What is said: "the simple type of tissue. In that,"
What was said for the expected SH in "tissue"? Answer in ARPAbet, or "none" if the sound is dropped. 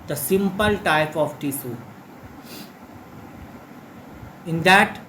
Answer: S